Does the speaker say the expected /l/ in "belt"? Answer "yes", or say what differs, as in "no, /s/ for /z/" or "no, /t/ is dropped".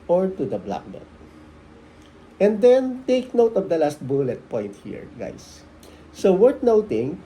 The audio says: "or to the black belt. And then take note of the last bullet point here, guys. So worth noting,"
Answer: no, /l/ is dropped